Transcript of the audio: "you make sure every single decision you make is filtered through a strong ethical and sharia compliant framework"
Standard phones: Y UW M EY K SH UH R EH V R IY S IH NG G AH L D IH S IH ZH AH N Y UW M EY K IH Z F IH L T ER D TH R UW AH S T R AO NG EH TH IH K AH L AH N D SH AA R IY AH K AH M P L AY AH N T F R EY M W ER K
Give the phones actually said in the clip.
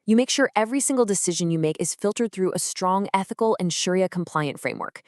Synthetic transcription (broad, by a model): Y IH M EY K SH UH R EH V R IY S IH NG G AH L D IH S IH ZH AH N Y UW M EY K IH Z F IH L T ER D TH R UW AH S T R AO NG EH TH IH K L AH N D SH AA R IY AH K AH M P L AY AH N T F R EY M W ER K